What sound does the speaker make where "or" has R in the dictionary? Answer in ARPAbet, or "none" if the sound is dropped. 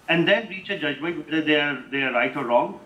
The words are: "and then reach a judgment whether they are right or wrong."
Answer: R